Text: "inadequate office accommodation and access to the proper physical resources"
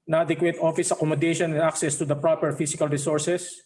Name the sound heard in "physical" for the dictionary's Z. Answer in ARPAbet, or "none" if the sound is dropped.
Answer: S